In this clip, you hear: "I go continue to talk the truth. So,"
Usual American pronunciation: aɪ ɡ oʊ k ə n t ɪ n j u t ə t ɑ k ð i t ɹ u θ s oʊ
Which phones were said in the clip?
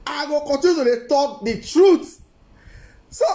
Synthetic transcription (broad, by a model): aɪ ɡ oʊ k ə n t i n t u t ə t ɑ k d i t ɹ u t s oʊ